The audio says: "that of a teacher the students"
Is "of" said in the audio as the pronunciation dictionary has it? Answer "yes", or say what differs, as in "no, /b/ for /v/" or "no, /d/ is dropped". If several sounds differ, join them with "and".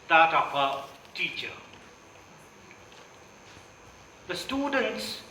no, /p/ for /v/